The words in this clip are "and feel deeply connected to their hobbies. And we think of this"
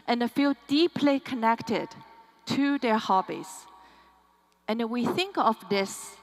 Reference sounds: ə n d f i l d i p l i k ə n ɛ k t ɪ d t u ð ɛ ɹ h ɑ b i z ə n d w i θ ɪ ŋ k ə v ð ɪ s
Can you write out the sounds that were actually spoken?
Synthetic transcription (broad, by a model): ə n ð f i l d i p l i k ə n ɛ k t ɪ d t u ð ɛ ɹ h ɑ b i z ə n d w i θ ɪ ŋ k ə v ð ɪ s